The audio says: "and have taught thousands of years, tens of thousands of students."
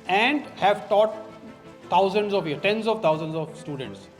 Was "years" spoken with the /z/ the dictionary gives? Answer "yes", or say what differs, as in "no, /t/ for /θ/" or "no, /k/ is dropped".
no, /z/ is dropped